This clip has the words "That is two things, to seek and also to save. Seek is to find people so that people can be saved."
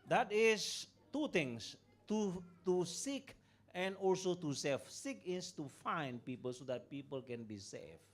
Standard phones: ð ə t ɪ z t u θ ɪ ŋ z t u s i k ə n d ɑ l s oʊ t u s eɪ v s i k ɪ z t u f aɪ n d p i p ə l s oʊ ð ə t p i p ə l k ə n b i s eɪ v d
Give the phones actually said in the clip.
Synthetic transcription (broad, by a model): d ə t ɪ s t u t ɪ ŋ s t u s i k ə n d ɑ l s oʊ t u s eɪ f s i k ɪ s t u f aɪ n d p i p ə l s oʊ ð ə t p i p ə l k ə n b i s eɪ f